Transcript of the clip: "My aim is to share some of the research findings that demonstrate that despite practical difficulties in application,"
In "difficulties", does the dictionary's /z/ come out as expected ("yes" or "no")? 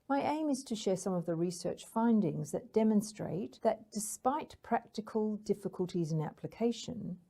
yes